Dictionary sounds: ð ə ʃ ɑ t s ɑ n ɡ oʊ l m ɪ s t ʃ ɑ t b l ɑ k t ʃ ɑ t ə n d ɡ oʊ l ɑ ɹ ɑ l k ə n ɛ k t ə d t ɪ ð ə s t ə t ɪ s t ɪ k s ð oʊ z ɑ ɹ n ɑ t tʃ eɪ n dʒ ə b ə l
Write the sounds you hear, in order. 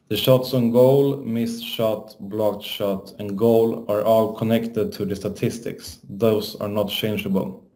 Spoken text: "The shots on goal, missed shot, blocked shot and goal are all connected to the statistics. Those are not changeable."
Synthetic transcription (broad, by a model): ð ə ʃ ɑ t s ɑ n ɡ oʊ l m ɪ s ʃ ɑ t b l ɑ k t ʃ ɑ t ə n ɡ oʊ l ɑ ɹ ɑ l k ə n ɛ k t ə d t ɪ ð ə s t ə t ɪ s t ɪ k s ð oʊ s ɑ ɹ n ɑ t tʃ eɪ n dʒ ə b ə l